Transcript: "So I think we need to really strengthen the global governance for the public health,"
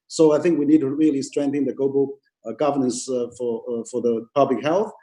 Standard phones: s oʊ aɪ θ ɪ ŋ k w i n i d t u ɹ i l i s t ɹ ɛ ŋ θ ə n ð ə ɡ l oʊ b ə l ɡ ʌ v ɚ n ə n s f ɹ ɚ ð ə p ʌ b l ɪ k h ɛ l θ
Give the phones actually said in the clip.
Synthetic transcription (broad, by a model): s oʊ aɪ θ ɪ ŋ k w i n i d t u ɹ i l i s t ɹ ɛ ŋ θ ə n ð ə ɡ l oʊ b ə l ɡ ʌ v ɚ n ə n s f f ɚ ð ə p ʌ b l ɪ k h ɛ l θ